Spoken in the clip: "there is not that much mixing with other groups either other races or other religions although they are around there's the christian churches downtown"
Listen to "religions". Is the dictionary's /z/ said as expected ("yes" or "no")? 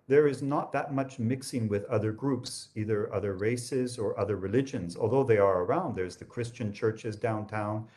yes